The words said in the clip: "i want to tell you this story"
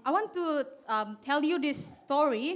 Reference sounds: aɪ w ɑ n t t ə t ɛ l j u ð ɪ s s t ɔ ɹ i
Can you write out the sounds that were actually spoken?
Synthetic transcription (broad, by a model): aɪ w ɑ n t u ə t ɛ l j u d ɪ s s t ɔ ɹ i